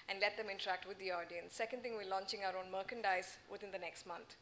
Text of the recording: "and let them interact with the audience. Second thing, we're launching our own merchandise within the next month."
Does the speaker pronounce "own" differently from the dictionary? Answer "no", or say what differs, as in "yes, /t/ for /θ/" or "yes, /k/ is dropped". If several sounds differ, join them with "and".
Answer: no